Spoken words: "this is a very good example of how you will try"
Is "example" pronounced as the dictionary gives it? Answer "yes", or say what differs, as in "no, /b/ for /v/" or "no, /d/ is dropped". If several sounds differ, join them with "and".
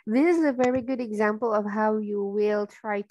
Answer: yes